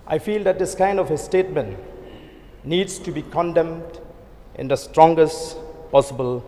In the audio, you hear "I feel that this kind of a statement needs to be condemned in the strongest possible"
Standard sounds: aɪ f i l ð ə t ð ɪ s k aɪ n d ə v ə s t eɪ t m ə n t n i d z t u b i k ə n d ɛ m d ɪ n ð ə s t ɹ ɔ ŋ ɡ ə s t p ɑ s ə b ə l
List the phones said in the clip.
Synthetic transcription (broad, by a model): aɪ f i l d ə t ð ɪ s k aɪ n d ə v ə s t eɪ t m ə n t n i d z t u b i k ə n d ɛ m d ɪ n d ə s t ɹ ɔ ŋ ɡ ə s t p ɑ s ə b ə l